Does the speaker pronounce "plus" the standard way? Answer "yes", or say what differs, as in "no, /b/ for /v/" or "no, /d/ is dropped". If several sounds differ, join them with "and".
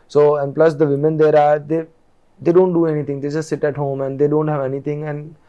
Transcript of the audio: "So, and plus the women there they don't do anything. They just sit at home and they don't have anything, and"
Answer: yes